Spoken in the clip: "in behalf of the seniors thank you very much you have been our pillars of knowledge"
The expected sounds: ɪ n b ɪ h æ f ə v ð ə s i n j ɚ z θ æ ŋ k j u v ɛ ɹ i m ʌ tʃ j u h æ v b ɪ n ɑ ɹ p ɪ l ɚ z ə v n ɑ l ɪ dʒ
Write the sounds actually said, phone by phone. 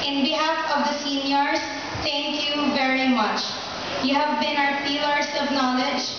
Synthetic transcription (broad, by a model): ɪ n b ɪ h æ f ə v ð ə s i n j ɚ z t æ ŋ k j u v ɛ ɹ i m ʌ tʃ j u h æ v b ɪ n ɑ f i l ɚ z ə v n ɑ l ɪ dʒ